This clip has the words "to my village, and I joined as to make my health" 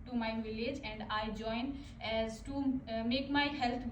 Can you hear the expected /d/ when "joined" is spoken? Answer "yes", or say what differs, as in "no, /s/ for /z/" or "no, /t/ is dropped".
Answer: no, /d/ is dropped